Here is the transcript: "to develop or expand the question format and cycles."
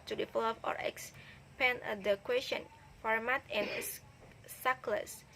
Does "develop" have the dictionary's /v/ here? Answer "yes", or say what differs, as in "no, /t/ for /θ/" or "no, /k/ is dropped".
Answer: no, /f/ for /v/